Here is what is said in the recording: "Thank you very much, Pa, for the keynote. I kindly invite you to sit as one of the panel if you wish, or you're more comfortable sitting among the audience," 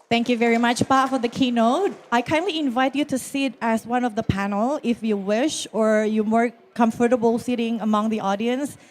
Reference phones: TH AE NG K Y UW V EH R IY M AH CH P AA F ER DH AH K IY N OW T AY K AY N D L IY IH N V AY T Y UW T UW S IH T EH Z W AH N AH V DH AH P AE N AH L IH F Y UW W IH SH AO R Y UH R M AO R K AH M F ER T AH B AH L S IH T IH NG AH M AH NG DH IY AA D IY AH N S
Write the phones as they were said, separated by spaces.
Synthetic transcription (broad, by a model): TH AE NG K Y UW V EH R IY M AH CH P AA F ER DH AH K IY N OW T AY K AY N D L IY IH N V AY T Y UW T UW S IH T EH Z W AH N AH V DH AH P AE N AH L IH F Y UW W IH SH AO R Y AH M AO R K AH M F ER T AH B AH L S IH T IH NG AH M AH NG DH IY AA D IY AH N S